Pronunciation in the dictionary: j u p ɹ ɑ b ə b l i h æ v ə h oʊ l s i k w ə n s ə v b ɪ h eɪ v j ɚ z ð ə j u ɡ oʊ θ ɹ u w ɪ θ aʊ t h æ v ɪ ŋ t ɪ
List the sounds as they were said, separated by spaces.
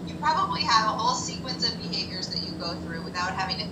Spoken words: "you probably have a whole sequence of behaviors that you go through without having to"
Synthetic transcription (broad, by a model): j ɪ p ɹ ɑ b ə b l i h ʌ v ə h oʊ l s i k w ə n s ə v b ɪ h eɪ v j ɚ z ð ə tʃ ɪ ɡ oʊ θ ɹ u w ɪ θ aʊ t h æ v ɪ ŋ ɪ